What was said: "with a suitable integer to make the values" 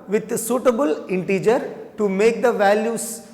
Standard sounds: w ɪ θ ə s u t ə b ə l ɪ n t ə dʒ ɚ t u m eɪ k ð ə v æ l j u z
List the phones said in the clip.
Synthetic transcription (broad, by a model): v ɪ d s u t ə b ə l ɪ n t ə dʒ ɚ t u m eɪ k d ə v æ l j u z